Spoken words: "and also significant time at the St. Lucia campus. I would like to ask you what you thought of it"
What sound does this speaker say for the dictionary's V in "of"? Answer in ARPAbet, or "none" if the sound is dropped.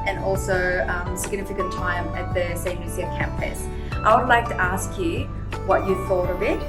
B